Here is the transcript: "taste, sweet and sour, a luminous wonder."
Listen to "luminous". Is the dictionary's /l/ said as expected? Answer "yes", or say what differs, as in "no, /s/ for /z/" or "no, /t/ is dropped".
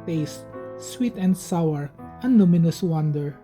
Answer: no, /n/ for /l/